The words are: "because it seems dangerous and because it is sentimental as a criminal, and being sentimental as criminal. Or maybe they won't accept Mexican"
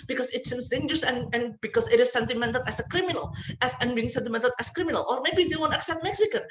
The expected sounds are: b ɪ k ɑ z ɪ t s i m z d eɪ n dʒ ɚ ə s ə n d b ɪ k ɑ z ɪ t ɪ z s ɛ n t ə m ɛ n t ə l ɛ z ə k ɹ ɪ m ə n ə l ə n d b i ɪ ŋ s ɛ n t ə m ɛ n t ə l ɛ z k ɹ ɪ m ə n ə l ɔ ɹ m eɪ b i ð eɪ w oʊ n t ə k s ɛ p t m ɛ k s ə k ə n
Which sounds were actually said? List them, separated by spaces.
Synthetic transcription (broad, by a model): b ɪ k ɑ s ɪ t s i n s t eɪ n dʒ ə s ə n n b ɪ k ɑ s ɪ t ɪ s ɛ n t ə m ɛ n t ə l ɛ s ə k ɹ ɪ m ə n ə l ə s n b i ɪ ŋ s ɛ n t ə m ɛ n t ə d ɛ s k ɹ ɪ m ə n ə l ɔ ɹ m eɪ b i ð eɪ w oʊ n t ə k s ɛ p t m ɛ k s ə k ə n